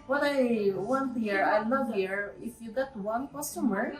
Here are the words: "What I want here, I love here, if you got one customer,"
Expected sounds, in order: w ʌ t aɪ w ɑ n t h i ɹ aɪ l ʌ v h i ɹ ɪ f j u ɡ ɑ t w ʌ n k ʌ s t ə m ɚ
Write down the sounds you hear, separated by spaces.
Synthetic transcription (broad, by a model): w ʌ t aɪ w ɑ n t h i ɹ aɪ n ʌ h i ɹ ɪ f j u ɡ ɑ t w ʌ n k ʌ s t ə m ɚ